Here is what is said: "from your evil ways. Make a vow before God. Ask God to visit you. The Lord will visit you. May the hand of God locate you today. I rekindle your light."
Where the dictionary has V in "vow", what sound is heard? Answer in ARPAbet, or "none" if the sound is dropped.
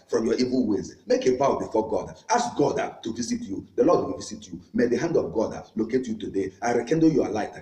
B